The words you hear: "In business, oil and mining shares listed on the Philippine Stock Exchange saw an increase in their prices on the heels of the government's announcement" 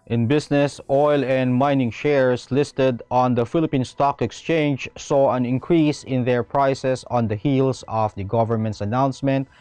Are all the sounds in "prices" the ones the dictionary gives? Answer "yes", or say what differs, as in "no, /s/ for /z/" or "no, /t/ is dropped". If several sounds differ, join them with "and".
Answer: no, /s/ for /z/